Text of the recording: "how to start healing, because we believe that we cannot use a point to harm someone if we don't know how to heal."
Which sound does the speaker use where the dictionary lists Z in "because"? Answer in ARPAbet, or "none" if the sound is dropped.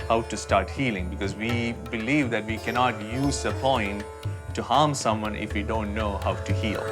Z